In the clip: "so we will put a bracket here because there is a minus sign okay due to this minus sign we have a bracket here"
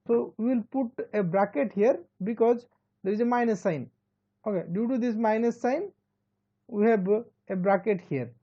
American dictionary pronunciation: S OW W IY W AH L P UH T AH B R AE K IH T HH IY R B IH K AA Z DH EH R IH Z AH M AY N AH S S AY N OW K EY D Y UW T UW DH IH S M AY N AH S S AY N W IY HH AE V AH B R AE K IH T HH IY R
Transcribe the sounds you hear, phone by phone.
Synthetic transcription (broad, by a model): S OW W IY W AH L P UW T AH B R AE K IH T HH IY R B IH K AA Z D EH R IH Z AH M AY N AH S S AY N OW K EY D Y UW T UW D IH S M AY N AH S S AY N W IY HH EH B AH B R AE K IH T HH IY R